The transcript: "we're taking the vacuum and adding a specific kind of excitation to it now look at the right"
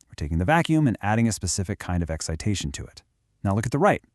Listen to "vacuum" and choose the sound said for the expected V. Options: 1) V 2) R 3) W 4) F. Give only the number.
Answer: 1